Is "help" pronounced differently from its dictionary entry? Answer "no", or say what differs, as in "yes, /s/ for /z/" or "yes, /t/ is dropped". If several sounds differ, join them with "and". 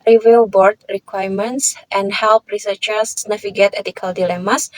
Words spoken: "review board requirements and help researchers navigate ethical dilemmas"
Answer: no